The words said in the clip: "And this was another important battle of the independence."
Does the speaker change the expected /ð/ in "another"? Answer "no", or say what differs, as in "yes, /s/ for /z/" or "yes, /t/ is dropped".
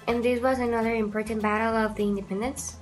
no